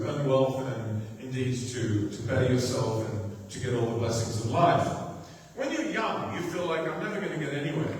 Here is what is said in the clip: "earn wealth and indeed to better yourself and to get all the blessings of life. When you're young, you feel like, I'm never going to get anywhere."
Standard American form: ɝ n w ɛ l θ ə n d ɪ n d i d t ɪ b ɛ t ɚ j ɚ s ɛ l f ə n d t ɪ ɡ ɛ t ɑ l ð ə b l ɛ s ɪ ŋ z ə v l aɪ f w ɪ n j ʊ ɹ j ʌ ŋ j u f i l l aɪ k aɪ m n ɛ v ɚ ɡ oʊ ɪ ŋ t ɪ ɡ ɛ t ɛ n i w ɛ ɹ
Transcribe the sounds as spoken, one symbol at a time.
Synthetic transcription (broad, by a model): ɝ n w ɛ l θ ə n ɪ n d i d t ɪ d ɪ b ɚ j ɚ s ɛ l f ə n t ɪ ɡ ɛ t ɑ l ð ə b l ɛ s ɪ ŋ z ə v l aɪ f w ɪ n j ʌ ɹ j ʌ ŋ j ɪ f i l l aɪ k aɪ m n ɛ v ɚ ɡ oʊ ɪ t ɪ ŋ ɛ t ɛ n i w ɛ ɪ